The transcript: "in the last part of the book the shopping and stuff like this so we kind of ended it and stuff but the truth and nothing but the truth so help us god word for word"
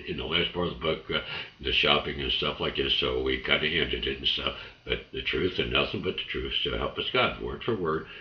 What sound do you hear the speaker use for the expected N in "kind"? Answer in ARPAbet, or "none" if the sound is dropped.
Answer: none